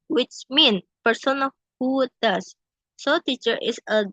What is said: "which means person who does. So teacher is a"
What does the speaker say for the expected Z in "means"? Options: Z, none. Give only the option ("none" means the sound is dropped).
none